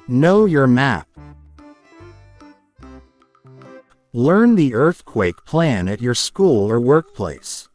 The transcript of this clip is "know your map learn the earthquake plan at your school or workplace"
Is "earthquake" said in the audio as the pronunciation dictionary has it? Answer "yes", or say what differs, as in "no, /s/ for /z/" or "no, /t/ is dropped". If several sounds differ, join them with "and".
yes